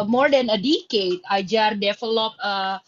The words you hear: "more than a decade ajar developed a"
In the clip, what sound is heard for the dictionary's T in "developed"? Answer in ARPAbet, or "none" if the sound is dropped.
none